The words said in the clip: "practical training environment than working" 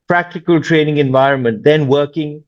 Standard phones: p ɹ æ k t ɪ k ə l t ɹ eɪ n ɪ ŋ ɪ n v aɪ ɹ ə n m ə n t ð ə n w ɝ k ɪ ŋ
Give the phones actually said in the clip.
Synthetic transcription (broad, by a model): p ɹ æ k t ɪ k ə l t ɹ eɪ n ɪ ŋ ɪ n v aɪ ɹ ə n m ə n t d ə n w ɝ k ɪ ŋ